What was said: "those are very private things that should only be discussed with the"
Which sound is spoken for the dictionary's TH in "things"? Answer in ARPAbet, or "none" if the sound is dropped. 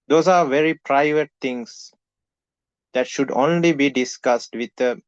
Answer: T